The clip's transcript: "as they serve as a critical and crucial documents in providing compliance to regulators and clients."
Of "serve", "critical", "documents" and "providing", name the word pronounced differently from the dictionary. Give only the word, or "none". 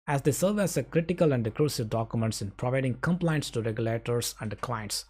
none